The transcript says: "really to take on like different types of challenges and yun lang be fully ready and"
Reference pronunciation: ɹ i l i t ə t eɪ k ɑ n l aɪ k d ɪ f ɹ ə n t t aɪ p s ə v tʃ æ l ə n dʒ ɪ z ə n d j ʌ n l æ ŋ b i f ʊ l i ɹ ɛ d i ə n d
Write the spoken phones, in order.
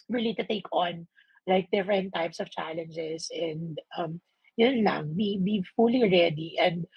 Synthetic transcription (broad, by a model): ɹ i l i t ə t eɪ k ɑ n l aɪ k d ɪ f ɹ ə n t t aɪ p s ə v tʃ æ l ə n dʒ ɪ s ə n d j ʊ n l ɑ ŋ b i f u l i ɹ ɛ d i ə n d